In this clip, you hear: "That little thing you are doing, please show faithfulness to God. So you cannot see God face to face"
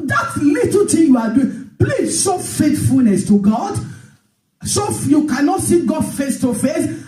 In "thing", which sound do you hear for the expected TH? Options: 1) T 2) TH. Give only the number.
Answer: 1